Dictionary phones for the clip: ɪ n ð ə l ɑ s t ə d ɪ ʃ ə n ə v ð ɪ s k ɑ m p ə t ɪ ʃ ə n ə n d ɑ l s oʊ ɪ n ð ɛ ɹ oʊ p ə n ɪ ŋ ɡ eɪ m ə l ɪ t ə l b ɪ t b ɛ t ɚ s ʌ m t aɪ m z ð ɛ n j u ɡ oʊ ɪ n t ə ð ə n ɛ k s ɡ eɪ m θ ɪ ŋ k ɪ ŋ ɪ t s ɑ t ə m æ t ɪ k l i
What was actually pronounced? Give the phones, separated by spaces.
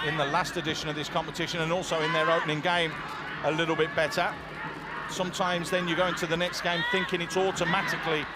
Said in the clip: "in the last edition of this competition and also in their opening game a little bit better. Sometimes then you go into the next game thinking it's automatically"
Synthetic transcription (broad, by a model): ɪ n ð ə l ɑ s t ə d ɪ ʃ ə n ə v ð ɪ s k ɑ m p ə t ɪ ʃ ə n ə n ɑ l s oʊ ɪ n ð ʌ ɹ oʊ p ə n ɪ ŋ ɡ eɪ m ə l ɪ t l b ɪ t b ɛ t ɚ s ʌ m t aɪ m z ð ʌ n j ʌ ɡ oʊ ɪ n t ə ð ə n ɛ k s ɡ eɪ m θ ɪ ŋ k ɪ ŋ ɪ t s ɑ t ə m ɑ t ɪ k l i